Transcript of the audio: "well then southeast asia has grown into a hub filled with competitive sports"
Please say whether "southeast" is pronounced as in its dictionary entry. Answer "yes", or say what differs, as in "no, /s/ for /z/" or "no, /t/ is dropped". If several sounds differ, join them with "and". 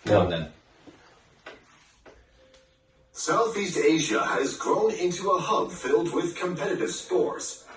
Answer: yes